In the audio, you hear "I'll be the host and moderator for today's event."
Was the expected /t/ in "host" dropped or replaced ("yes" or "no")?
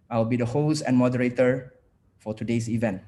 yes